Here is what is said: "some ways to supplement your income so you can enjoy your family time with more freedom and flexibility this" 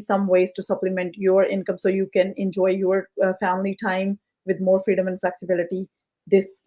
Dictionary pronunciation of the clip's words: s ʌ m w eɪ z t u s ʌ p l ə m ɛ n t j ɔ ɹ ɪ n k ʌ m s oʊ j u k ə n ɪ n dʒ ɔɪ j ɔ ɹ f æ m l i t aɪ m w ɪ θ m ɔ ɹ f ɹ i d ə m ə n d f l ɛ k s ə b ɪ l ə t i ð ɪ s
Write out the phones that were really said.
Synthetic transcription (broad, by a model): s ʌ m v eɪ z t u s ʌ p l ə m ɛ n t j ɔ ɹ ɪ n k ʌ m s oʊ j u k ə n ɪ n dʒ ɔɪ j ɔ ɹ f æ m l i t aɪ m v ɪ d m ɔ ɹ f ɹ i d ə m ə n d f l ɛ k s ə b ɪ l ə t i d ɪ s